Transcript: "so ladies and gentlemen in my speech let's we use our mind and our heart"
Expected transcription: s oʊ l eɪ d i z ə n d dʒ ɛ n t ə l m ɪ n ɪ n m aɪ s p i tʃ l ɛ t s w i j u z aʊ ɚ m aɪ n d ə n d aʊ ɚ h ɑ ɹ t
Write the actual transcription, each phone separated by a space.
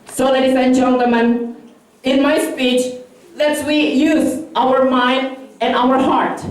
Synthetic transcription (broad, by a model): s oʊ l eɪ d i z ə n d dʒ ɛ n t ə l m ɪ n ɪ n m aɪ s p i tʃ l ɛ t s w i j u z aʊ ɚ m aɪ n d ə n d aʊ ɚ h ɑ ɹ t